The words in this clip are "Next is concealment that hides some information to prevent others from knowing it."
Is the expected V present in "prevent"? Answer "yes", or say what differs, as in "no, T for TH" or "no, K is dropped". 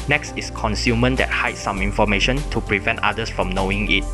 yes